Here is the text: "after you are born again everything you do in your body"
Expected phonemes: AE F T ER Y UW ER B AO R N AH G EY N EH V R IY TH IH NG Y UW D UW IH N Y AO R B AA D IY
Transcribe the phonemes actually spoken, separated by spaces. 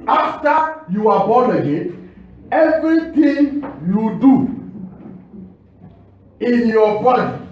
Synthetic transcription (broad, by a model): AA F T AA Y UW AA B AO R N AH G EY EH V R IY T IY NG Y UW D UW IH N Y AO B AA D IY